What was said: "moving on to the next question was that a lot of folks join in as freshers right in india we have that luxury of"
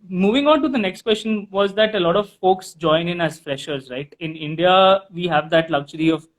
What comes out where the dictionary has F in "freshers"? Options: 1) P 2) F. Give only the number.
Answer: 2